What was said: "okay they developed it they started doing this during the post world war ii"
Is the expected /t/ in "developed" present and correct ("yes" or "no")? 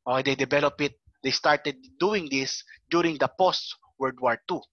no